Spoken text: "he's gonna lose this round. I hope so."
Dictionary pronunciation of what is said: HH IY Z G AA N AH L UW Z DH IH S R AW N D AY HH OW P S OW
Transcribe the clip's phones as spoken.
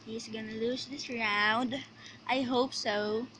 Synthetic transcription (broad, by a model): HH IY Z G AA N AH L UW S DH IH S R AW N D AY HH OW P S OW